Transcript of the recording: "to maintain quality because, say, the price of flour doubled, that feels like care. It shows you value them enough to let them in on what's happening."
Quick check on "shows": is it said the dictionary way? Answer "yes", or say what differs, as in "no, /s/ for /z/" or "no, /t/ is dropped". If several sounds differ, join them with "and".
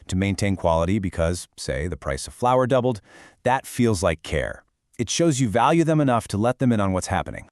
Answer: yes